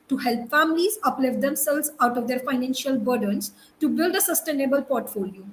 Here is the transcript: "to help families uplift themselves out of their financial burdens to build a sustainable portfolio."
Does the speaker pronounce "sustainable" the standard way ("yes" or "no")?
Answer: yes